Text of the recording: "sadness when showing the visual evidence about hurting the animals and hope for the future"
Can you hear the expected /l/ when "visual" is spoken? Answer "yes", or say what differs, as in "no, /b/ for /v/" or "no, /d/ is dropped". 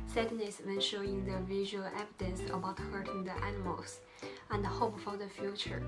yes